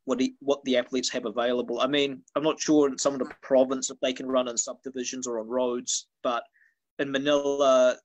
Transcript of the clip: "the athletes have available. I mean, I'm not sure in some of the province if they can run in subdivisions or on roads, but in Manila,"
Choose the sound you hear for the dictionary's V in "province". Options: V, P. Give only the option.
V